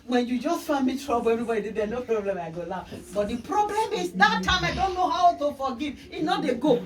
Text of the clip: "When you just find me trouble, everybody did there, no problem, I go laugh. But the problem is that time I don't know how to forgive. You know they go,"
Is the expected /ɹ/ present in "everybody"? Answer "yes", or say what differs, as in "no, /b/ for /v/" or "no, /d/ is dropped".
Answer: no, /ɹ/ is dropped